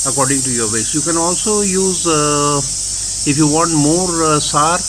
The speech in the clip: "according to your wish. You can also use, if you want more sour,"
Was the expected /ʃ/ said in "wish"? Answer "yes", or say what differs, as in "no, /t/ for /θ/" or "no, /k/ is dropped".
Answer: no, /s/ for /ʃ/